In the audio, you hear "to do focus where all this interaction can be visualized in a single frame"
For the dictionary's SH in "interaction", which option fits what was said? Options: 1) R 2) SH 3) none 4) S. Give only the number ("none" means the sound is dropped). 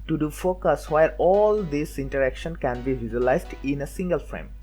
2